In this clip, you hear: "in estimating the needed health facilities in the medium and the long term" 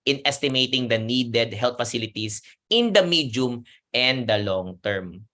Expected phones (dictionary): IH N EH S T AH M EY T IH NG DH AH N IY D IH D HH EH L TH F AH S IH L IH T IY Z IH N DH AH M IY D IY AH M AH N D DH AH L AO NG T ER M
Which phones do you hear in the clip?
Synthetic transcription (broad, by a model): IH N EH S T AH M EY T IH NG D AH N IY D IH D HH EH L T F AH S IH L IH T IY S IH N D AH M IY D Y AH M AH N D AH L AO NG T ER M